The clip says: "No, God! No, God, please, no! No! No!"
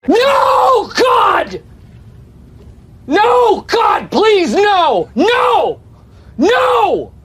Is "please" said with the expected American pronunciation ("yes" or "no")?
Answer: yes